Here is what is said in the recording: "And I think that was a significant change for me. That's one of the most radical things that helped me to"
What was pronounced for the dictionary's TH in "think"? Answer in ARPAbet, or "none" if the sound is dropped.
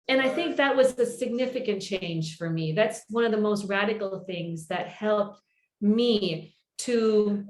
TH